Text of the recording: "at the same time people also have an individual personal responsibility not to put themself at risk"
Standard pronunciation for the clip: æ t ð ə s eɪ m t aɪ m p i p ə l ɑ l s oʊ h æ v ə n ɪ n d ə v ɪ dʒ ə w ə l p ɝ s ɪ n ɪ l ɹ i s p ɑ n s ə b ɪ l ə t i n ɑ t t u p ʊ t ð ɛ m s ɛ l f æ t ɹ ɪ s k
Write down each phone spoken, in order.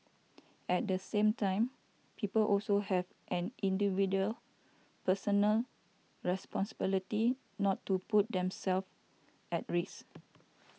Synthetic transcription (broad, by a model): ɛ t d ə s eɪ m t aɪ m p i p ə l ɑ l s oʊ h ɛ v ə n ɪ n d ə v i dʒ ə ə l p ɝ s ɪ n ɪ l ɹ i s p ɑ n s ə b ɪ l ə t i n ɑ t t u p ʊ t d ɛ m s ɛ l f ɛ t ɹ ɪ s